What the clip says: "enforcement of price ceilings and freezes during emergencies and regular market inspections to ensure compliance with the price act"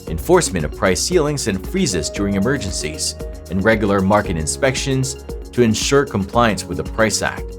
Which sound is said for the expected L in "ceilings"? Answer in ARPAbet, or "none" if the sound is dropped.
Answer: L